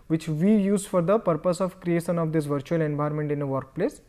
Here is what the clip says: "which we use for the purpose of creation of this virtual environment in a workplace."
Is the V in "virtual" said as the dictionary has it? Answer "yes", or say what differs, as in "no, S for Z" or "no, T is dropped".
yes